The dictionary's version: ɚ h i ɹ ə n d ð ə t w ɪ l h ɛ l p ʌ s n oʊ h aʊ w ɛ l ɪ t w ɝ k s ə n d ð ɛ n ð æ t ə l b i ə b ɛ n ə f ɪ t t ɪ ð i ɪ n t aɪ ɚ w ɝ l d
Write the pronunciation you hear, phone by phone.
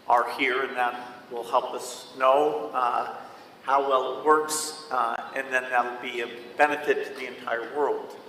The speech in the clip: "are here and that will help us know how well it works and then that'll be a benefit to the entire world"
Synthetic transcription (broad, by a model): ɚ h i ɹ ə n ð ə t w ɪ l h ɛ l p ʌ s n oʊ h aʊ w ɛ l ɪ t w ɝ k s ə n ð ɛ n ð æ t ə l b i ə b ɛ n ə f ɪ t t ɪ ð i ɪ n t aɪ ɚ w ɝ l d